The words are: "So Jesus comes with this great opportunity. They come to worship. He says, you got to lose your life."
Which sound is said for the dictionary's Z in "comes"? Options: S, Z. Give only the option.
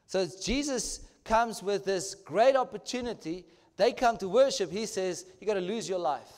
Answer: Z